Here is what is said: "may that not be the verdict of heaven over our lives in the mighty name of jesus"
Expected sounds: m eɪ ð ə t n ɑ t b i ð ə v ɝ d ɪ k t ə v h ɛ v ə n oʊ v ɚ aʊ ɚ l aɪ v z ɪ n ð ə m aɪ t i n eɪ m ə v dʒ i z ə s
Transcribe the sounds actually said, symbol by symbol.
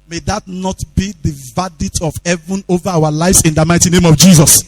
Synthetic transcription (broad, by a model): m eɪ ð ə t n ɑ t b i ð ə v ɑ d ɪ t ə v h ɛ v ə n oʊ v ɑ aʊ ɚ l aɪ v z ɪ n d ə m aɪ t i n eɪ m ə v dʒ i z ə s